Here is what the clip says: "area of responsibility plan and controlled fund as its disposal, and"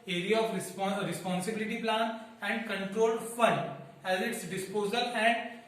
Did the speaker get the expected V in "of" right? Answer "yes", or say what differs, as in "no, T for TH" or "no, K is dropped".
no, P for V